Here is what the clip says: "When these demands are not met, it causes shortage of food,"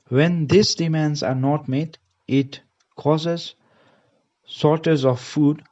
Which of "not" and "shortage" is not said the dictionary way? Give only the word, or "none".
shortage